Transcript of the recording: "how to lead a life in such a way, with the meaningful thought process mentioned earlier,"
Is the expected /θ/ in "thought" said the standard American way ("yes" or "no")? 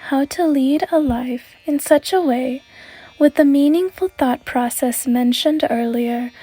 yes